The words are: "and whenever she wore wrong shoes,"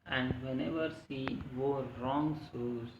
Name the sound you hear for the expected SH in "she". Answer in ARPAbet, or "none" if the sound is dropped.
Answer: S